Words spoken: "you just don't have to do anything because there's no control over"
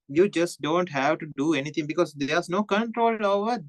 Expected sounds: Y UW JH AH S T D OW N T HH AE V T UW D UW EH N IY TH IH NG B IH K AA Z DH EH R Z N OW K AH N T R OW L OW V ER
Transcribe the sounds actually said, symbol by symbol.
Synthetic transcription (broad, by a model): Y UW JH AH S T D OW N T HH AE V T UW D UW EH N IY T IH NG B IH K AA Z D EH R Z N OW K AH N T R OW L OW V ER